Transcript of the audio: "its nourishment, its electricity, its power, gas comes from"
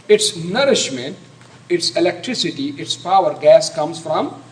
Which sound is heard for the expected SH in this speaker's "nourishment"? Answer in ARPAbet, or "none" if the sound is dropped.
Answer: SH